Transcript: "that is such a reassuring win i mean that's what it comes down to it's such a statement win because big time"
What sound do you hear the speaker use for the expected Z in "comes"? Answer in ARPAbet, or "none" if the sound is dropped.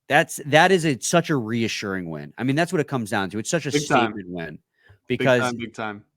Z